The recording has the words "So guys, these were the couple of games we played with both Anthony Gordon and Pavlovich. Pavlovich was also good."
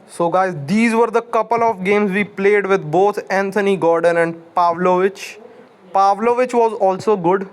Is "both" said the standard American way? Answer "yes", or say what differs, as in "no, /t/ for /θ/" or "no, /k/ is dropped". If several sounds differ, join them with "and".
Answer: no, /t/ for /θ/